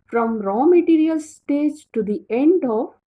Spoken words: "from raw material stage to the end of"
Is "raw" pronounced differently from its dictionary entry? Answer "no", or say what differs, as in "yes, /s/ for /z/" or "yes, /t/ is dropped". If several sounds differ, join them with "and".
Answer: no